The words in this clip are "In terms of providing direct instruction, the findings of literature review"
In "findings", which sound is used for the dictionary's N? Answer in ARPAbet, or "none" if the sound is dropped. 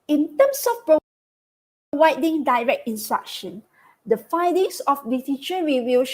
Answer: none